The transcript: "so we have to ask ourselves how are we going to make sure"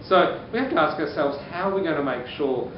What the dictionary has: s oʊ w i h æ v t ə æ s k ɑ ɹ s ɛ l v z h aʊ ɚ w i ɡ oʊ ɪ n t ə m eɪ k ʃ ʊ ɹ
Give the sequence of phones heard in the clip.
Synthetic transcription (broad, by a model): s oʊ w i h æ f t ə æ s k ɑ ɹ s ɛ l v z h aʊ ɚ w i ɡ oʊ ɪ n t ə m eɪ k ʃ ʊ ɹ